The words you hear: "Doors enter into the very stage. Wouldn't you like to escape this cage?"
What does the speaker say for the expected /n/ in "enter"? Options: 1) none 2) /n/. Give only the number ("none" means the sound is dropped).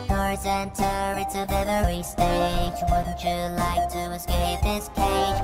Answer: 2